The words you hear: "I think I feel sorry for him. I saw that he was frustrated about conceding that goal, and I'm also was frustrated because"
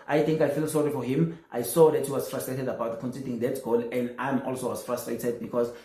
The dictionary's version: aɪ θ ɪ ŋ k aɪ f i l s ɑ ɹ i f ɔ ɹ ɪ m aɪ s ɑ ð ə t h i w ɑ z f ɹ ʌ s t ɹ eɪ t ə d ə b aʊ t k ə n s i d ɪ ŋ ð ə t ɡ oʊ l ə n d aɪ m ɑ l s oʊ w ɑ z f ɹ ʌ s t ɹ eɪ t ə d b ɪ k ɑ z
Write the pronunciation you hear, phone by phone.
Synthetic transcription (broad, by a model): aɪ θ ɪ ŋ k aɪ f i l s ɑ ɹ i f ɔ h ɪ m aɪ s ɑ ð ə t h i w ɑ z f ɹ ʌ s t ɹ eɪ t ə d ə b aʊ t k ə n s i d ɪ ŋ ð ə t ɡ oʊ l ə n d aɪ m ɑ l s oʊ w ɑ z f ɹ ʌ s t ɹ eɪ t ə d b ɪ k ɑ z